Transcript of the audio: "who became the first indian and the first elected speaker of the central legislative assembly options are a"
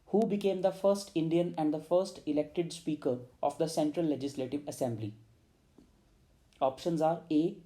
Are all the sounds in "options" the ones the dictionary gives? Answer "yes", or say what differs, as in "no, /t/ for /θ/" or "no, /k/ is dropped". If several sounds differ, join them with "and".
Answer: yes